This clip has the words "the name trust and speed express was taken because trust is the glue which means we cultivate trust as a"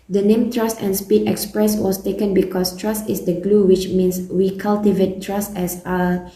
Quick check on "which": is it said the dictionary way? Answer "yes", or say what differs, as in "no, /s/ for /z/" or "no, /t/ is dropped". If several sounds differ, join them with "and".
yes